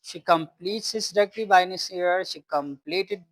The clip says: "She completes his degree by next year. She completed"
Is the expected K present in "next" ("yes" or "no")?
no